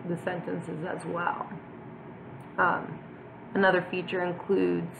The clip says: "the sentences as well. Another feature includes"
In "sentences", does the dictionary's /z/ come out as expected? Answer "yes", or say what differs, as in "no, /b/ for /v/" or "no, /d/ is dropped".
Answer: yes